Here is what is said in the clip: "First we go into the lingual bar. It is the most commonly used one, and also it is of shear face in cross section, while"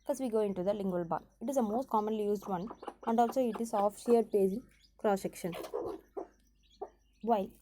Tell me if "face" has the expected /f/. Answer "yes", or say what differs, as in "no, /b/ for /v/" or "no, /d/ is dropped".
no, /p/ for /f/